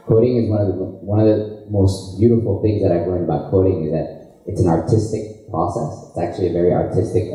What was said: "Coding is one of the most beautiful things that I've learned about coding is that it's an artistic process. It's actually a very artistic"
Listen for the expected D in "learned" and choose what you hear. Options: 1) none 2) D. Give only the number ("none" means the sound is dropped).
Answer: 2